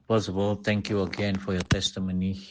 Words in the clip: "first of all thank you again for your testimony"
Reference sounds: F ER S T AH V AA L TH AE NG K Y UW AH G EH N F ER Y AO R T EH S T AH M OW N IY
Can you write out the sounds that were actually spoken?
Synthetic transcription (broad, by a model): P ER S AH B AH L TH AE NG K Y UW AH G EH N F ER Y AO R T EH S T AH M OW N IY